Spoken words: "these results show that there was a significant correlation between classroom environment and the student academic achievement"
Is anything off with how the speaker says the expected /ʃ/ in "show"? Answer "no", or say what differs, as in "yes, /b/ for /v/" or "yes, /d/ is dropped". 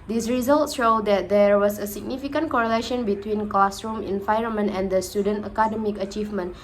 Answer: no